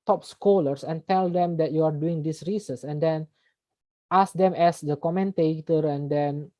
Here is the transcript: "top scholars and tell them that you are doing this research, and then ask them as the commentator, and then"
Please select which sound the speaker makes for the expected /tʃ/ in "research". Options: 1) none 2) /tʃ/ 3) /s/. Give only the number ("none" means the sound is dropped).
3